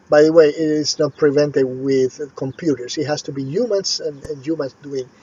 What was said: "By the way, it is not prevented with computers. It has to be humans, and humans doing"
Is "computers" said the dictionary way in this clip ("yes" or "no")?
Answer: no